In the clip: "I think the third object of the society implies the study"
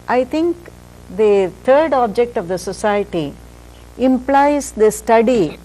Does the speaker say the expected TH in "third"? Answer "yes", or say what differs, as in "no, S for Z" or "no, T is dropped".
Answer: no, T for TH